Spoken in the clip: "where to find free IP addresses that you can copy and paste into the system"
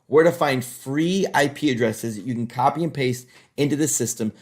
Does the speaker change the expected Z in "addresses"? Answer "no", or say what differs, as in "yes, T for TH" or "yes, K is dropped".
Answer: no